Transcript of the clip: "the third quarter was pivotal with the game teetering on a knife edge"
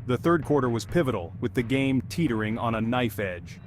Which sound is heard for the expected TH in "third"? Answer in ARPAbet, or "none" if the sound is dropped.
TH